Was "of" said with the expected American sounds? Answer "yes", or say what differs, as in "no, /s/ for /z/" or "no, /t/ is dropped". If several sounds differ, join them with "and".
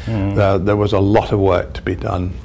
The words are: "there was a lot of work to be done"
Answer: yes